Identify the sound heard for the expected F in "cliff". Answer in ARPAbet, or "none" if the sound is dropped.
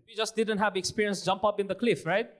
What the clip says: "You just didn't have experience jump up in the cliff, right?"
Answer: F